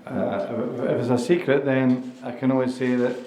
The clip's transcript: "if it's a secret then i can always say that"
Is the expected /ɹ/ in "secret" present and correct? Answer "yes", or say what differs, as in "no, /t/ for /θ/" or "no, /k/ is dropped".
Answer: yes